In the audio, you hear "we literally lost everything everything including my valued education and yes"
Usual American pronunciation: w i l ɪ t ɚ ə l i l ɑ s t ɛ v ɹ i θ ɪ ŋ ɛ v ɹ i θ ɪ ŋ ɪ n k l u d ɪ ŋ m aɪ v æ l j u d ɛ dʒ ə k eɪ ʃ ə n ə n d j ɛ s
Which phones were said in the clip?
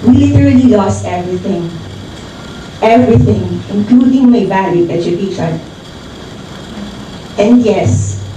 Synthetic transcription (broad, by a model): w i l ɪ t ɚ ə l i l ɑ s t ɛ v ɹ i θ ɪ ŋ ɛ v ɹ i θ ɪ ŋ ɪ n k l u d ɪ ŋ m aɪ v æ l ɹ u ɛ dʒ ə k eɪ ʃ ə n ə n d j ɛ s